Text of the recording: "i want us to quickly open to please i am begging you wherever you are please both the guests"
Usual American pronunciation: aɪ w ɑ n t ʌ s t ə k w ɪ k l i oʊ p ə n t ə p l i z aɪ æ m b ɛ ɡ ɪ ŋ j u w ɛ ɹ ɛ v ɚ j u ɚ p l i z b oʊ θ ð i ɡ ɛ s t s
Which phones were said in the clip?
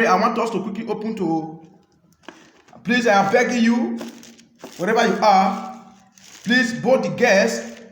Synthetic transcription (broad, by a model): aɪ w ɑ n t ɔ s t ə k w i k i oʊ p ə n t ə p l i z aɪ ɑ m b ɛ ɡ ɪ j u w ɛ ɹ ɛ v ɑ j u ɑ p l i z b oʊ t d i ɡ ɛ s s